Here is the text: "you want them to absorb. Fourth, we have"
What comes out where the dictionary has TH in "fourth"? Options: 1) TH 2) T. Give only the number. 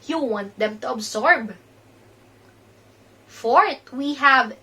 2